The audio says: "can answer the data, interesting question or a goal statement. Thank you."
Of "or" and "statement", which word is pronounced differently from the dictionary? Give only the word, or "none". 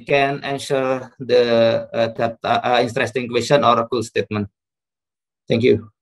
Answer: none